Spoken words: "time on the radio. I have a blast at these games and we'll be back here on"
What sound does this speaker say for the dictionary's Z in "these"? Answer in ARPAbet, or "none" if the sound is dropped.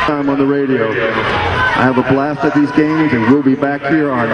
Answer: Z